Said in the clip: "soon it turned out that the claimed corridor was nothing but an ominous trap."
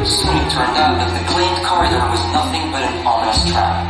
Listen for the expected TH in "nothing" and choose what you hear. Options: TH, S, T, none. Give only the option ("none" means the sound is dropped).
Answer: TH